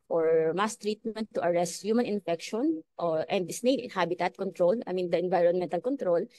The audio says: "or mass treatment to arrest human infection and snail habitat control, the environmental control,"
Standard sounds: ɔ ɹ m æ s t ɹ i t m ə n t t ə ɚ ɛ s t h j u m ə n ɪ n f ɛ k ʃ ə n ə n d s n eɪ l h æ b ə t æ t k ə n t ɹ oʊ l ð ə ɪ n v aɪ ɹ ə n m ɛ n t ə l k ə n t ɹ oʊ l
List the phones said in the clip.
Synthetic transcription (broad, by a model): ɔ ɹ m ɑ s t ɹ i t m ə n t t ə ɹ ɛ s t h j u m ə n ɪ n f ɛ k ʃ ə n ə n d s n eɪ n h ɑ b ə t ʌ t k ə n t ɹ oʊ l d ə ɪ n v aɪ ɹ ə n m ɛ n t ə l k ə n t ɹ oʊ l